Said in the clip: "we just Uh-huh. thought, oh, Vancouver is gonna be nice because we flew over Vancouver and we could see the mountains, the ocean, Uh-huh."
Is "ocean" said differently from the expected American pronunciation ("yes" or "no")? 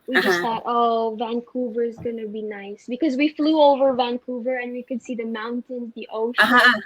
yes